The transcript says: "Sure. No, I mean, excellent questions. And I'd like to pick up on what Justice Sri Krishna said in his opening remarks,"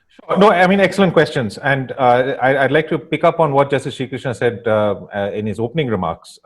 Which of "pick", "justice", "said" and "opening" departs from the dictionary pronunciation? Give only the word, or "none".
none